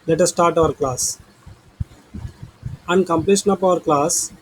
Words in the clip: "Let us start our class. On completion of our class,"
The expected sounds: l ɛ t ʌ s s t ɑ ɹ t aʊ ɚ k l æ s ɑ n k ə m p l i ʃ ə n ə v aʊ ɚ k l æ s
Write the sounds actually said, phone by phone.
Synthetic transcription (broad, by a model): l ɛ t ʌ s s t ɑ ɹ t aʊ ɚ k l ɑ s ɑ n k ə m p l i ʃ ə n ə p aʊ ɚ k l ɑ s